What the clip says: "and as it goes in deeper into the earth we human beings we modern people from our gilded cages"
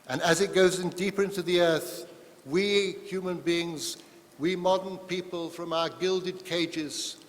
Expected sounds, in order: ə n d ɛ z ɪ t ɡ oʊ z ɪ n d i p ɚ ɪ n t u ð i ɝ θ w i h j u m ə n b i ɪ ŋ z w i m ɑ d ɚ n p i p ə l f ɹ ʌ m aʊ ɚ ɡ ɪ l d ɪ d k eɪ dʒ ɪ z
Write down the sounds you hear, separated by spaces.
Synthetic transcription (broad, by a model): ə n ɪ z ɪ t ɡ oʊ z ɪ n d i p ɚ ɪ n t u ð i ɝ θ w i h j u m ə n b i ɪ ŋ z w i m ɑ d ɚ n p i p ə l f ɹ ʌ m aʊ ɚ ɡ ɪ l d ɪ d k eɪ dʒ ɪ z